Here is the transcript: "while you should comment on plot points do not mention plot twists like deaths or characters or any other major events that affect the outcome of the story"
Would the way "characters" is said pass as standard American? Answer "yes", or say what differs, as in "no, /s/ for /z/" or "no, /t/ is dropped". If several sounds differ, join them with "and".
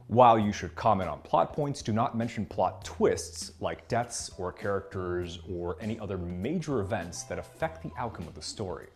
yes